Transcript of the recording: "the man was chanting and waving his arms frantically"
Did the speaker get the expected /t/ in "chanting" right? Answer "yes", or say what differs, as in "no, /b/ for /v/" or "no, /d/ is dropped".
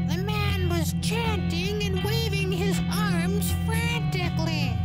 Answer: yes